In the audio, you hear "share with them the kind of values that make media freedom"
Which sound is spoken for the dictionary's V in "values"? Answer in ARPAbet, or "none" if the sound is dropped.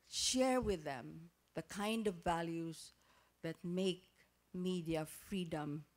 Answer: V